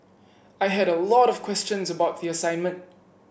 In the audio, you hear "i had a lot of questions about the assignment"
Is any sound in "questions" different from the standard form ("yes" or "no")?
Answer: no